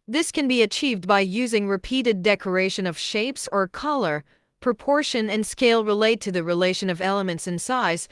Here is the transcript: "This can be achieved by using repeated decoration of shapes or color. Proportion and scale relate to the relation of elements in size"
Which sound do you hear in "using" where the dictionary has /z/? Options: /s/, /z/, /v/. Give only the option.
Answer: /z/